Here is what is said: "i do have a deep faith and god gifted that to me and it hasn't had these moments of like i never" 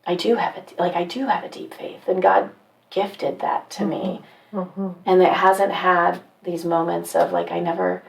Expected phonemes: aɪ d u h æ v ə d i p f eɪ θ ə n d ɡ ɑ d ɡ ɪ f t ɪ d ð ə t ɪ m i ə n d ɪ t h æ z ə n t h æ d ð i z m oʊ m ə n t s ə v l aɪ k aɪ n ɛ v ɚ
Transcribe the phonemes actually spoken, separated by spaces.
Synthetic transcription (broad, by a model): aɪ d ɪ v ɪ v ə d i p f eɪ θ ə n ɡ ɑ d ɡ ɪ f t ɪ d ð ə t ɪ m i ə n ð ɪ t h æ z ə n t h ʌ d ð i z m oʊ m ə n t s ə v l aɪ k aɪ n ɛ v ɚ